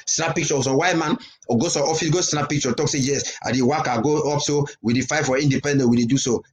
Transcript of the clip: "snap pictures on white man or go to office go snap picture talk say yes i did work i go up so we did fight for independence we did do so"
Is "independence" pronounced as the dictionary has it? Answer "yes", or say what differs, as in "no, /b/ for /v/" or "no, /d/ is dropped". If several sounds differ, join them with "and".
no, /s/ is dropped